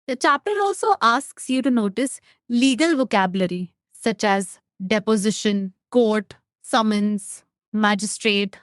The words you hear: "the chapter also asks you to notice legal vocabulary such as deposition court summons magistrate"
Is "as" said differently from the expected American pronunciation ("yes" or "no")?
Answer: no